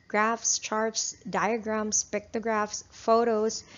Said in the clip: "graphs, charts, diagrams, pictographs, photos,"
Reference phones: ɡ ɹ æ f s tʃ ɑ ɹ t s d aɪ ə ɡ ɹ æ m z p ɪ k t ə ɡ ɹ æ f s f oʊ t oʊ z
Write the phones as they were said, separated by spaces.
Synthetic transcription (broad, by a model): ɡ ɹ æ f s tʃ ɑ ɹ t s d aɪ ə ɡ ɹ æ m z p ɪ k t ə ɡ ɹ æ f s f oʊ t oʊ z